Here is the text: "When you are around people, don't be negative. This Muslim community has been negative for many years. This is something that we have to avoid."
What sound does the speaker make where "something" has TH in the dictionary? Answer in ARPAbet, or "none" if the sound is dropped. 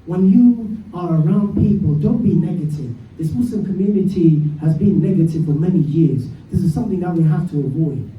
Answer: TH